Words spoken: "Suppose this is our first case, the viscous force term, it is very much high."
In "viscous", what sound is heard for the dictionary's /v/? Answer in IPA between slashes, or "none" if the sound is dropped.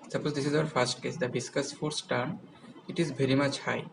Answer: /b/